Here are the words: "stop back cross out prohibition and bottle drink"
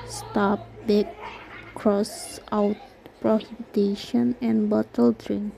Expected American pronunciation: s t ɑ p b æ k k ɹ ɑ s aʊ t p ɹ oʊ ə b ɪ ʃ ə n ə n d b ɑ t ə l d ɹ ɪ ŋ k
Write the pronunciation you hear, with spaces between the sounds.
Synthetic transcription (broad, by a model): s t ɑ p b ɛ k k ɹ ɑ s aʊ t p ɹ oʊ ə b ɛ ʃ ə n ə n d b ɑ t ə l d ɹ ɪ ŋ